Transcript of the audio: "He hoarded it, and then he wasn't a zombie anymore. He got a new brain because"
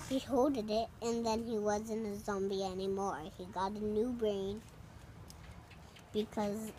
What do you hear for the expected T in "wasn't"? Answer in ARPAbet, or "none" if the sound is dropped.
none